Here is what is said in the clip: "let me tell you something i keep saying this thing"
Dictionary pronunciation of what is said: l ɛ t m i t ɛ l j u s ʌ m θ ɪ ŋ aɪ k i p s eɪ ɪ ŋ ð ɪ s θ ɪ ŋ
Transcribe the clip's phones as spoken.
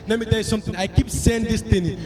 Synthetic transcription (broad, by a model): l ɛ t m i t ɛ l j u s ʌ m t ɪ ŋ aɪ k i p s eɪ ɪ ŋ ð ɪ s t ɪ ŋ